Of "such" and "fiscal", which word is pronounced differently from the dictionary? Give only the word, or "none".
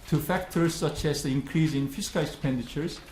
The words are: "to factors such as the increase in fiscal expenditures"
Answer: none